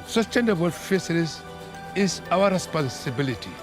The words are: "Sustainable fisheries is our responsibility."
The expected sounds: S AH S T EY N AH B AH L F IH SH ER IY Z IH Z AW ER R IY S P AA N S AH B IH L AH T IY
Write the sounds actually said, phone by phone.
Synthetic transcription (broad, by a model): S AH S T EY N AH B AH L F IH S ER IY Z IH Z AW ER R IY S P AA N S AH B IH L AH T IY